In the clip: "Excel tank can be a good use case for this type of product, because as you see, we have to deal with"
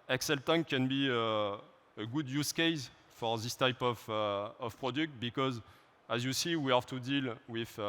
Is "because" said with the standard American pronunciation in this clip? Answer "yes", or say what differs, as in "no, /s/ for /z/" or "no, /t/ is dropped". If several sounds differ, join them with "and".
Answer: yes